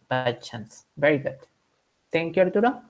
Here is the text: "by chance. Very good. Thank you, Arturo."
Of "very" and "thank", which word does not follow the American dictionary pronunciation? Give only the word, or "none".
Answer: thank